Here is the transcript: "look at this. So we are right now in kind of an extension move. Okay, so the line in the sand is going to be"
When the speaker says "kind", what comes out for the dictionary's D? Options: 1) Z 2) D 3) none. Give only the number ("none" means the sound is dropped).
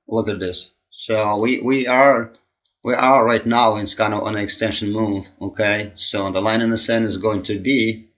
3